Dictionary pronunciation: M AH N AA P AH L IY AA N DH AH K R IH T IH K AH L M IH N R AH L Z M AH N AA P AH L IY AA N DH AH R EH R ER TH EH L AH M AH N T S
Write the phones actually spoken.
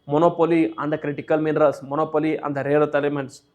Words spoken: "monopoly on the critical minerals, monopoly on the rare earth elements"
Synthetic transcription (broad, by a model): M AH N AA P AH L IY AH N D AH K R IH T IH K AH L M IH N R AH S M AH N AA P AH L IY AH N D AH R EH R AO T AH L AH M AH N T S